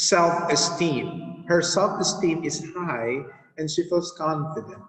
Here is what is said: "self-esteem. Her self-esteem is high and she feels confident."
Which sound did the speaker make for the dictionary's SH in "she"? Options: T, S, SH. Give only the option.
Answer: SH